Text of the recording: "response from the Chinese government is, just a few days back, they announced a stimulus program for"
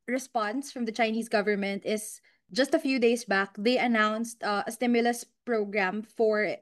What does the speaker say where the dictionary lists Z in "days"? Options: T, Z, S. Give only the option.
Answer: S